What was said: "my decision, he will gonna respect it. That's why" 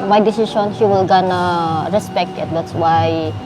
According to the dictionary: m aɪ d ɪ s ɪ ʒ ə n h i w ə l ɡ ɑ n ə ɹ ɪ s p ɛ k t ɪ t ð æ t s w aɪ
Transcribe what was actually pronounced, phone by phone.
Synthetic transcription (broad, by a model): m aɪ d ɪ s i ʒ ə n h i w ə l ɡ ɑ n ə ɹ ɪ s p ɛ k t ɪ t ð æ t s w aɪ